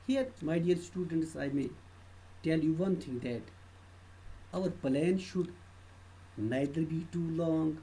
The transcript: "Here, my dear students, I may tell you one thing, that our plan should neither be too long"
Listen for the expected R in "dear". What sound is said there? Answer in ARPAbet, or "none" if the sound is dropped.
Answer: L